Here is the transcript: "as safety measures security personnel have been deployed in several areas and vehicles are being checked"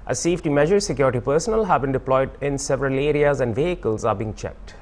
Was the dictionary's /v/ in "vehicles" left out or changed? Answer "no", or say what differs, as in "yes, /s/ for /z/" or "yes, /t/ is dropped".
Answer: no